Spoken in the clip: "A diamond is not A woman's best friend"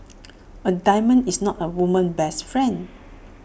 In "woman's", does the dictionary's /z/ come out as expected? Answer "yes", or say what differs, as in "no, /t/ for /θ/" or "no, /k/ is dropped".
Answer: no, /z/ is dropped